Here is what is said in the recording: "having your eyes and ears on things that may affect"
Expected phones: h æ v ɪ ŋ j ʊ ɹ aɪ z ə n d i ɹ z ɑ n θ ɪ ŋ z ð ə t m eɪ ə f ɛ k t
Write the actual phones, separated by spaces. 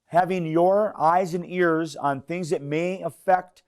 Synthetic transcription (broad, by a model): h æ v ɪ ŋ j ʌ ɹ aɪ z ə n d i ɹ z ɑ n θ ɪ ŋ z ð ə t m eɪ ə f ɛ k t